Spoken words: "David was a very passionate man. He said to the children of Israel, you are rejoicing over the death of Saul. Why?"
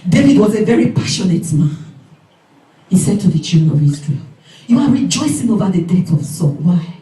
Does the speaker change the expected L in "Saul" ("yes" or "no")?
yes